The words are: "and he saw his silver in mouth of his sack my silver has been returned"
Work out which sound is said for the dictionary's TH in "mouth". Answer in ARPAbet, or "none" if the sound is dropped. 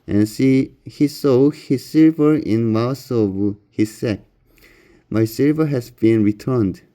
S